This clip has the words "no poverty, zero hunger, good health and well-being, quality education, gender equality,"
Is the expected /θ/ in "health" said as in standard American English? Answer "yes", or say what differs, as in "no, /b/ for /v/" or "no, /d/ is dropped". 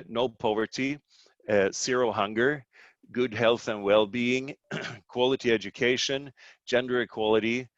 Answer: yes